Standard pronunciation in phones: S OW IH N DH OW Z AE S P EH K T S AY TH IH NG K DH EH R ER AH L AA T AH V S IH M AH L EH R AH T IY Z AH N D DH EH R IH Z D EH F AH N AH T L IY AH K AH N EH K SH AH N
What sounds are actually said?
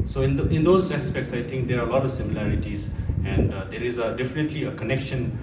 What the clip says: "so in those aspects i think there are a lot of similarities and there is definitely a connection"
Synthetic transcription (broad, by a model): S OW IH N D OW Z AE S P EH K T S AY T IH NG K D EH R AH L AA T AH V S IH M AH L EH R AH T IY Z AH N D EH R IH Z D EH F AH N AH T L IY AH K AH N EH K SH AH N